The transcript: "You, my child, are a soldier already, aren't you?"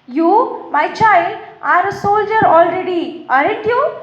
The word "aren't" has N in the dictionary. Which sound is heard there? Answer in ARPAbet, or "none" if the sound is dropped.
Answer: none